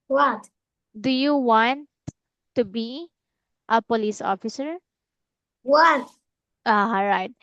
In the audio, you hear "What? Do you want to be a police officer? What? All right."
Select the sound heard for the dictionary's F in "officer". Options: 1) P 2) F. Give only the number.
2